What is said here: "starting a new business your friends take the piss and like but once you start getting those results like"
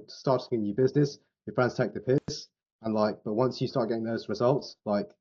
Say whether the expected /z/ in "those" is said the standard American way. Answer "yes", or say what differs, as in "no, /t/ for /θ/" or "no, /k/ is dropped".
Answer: yes